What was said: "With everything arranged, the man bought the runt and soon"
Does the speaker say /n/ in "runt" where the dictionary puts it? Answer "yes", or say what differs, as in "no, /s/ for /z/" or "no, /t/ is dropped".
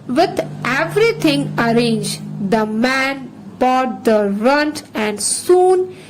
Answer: yes